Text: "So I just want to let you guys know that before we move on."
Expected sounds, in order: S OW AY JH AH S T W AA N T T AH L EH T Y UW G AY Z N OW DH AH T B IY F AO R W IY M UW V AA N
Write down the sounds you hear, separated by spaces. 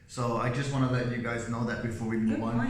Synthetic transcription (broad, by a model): S OW AY JH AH S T W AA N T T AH L EH T Y UW G AY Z N OW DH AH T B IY F AO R W IY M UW W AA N